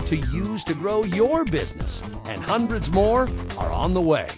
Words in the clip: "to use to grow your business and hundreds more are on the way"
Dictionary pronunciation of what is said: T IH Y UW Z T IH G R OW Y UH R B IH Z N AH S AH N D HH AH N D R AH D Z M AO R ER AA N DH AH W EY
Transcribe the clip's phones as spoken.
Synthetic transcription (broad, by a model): T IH Y UW Z T IH G R OW Y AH R B IH Z N AH S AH N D HH AH N D R AH D Z M AO R ER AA N DH AH W EY